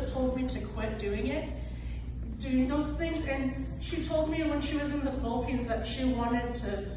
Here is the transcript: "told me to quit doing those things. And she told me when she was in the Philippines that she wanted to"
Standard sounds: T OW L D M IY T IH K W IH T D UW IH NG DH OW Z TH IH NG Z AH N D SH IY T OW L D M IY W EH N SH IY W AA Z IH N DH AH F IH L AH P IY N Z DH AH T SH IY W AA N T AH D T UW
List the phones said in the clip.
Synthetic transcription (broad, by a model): T OW L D M IY T IH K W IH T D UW IH NG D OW S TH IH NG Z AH N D SH IY T OW L D M IY W EH N SH IY W AA Z IH N DH AH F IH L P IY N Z DH AH T SH IY W AA N T AH D T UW